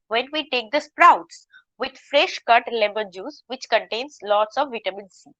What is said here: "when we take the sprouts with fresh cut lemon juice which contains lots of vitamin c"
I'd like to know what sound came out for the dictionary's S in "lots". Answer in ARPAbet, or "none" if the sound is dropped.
S